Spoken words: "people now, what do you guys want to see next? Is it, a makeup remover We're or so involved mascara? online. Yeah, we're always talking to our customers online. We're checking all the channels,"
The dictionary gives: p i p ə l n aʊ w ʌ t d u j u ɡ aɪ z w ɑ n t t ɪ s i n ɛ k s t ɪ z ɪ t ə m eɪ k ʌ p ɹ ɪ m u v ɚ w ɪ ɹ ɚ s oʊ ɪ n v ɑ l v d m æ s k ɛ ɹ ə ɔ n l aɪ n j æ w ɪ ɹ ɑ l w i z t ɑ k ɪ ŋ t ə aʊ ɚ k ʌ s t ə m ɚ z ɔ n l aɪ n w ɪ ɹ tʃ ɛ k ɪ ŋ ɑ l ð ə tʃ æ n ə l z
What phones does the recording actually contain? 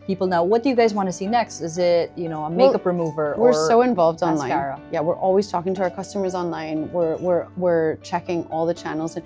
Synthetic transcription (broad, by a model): p i p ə l n aʊ w ʌ t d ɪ j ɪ ɡ aɪ z w ɑ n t t ɪ s i n ɛ k s t ɪ z ɪ t ə m eɪ k ʌ p ɹ ɪ m u v ɚ w ɪ ɹ s oʊ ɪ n v ɑ l v d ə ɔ n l aɪ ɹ j æ w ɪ ɹ ɑ l w i z t ɑ k ɪ ŋ t ə aʊ ɚ k ʌ s t ə m ɚ z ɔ n l aɪ n w ɪ ɹ tʃ ɛ k ɪ ŋ ɑ l ð ə tʃ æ n l z